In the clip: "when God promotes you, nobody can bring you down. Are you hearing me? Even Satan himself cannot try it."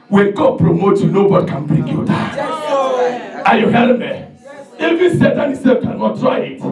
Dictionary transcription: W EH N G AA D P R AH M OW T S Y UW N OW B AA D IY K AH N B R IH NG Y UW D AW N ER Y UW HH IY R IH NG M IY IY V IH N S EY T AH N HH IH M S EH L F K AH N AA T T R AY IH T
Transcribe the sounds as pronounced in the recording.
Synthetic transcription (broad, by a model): W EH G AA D P R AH M OW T Y UW N OW B AA D IY K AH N B R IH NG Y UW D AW AA Y UW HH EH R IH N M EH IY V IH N S EY T AH N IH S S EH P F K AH N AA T T R AY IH T